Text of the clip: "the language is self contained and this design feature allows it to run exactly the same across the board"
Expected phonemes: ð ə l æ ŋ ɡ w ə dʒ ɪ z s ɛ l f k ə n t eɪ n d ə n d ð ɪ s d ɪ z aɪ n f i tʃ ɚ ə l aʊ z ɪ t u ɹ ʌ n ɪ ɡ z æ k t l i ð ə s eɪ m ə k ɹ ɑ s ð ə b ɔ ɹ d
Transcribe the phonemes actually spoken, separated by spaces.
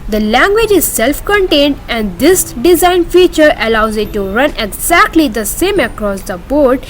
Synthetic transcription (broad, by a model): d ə l æ ŋ ɡ w ə dʒ ɪ z s ɛ l f k ə n t eɪ n d ə n d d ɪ s d ɪ z aɪ n f i tʃ ɚ ə l aʊ z ɪ t u ɹ ʌ n ɪ ɡ z æ k t l i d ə s eɪ m ə k ɹ ɑ s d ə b ɔ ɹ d